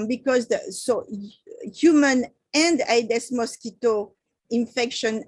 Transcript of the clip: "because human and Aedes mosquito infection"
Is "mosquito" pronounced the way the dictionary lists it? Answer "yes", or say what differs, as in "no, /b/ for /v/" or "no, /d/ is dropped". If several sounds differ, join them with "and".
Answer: yes